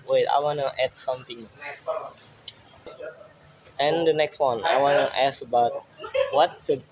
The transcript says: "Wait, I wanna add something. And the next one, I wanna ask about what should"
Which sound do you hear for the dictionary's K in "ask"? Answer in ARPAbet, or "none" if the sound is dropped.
none